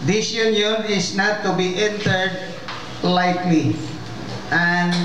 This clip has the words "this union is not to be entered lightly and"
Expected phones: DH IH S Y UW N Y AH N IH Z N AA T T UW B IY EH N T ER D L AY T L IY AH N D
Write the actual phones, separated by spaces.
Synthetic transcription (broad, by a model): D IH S Y UW N Y AH N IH S N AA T T UW B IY EH N T ER D L AY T L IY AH N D